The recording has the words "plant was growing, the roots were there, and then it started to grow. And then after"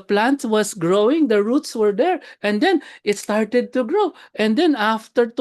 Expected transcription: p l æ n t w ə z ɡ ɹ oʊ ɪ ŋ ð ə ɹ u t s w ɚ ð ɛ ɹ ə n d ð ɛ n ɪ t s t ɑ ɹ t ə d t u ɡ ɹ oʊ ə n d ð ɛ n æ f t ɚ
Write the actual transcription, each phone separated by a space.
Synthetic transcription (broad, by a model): p l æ n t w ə s ɡ ɹ oʊ ɪ ŋ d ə ɹ u t s w ɚ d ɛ ɹ ə n d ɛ n ɪ t s t ɑ ɹ t ə d t u ɡ ɹ oʊ ə n d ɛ n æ f t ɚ